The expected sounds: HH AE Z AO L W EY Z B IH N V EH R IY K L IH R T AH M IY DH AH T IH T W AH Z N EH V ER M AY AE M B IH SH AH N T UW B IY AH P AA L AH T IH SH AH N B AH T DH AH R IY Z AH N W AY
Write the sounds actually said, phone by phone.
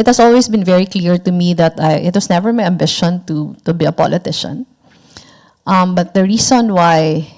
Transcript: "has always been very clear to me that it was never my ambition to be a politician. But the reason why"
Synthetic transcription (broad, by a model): HH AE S AO L W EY S B IH N V EH R IY K L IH R T AH M IY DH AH T IH T W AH S N EH V ER M AY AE M B IH SH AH N T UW B IY AH P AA L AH T IH SH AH N B AH T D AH R IY S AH N W AY